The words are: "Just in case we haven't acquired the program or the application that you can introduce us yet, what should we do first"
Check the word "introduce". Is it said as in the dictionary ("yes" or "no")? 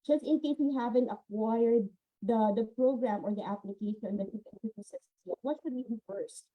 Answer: no